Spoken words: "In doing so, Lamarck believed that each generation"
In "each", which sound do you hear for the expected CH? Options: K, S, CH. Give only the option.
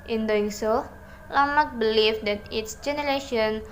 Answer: S